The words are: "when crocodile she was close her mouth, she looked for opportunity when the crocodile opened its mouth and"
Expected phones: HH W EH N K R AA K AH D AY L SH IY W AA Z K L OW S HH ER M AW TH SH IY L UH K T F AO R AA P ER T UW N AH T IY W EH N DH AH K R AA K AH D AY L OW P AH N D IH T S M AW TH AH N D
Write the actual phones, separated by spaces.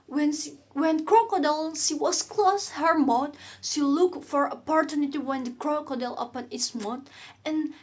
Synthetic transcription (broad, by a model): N W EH N K R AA K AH D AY L SH IY W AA S K L OW S HH ER M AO T SH IY L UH K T F AO R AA P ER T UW N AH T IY W EH N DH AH K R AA K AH D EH L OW P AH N IH T S M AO T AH N